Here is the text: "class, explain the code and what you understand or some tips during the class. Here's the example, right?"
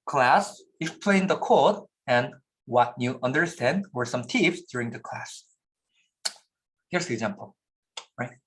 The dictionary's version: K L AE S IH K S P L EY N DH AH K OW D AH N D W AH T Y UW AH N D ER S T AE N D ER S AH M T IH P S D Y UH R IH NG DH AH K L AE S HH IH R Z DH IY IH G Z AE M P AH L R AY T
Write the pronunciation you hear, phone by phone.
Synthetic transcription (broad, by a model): K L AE S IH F P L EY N DH AH K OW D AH N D W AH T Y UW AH N D ER S T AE N D ER S AH M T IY F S D Y UH R IH NG DH AH K L AE S HH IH R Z DH IY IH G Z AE M P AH L R AY T